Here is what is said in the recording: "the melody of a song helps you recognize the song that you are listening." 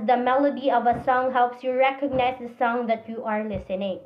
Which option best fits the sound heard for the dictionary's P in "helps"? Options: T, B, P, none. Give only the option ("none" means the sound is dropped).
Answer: P